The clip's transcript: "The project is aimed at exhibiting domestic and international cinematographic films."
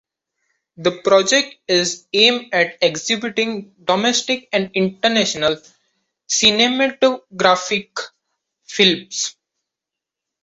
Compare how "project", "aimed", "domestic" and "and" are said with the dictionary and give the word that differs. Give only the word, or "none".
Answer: aimed